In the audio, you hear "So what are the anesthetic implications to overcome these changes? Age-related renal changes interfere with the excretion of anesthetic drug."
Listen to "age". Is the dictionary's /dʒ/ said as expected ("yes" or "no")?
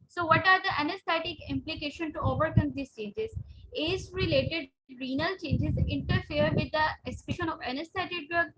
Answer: no